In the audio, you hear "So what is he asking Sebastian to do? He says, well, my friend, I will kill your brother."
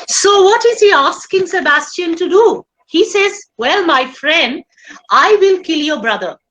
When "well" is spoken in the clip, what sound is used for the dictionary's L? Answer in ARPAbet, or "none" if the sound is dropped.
L